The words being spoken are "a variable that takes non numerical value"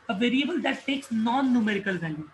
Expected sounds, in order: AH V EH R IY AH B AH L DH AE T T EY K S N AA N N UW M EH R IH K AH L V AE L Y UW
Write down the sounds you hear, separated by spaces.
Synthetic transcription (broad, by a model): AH V EH R IY AH B AH L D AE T S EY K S N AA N N UW M EH R IH K AH L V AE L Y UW